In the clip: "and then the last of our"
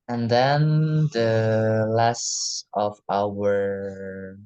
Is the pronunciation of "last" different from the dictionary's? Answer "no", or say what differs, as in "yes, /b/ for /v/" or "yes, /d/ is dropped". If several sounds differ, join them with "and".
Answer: no